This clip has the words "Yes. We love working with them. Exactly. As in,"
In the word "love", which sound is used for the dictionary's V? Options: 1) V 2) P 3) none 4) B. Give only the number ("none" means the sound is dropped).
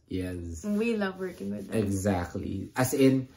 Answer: 1